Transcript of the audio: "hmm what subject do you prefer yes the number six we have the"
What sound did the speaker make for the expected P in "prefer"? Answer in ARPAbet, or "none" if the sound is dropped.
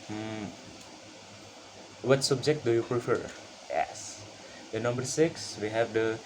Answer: P